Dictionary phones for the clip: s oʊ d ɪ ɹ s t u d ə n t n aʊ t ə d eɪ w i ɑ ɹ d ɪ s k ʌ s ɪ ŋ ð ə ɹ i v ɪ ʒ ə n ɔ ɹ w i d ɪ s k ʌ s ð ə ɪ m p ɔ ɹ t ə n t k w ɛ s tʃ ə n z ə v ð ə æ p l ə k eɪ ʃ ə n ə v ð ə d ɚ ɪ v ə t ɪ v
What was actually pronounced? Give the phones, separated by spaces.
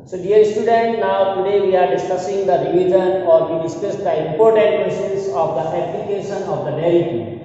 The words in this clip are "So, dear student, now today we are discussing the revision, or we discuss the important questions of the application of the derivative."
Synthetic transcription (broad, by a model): s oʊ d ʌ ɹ s t u d ə n t n aʊ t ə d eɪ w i ɑ ɹ d ɪ s k ʌ s ɪ ŋ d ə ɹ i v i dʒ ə n ɔ ɹ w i d ɪ s k ʌ s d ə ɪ m p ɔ ɹ t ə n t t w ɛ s ə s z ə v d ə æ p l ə k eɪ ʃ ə n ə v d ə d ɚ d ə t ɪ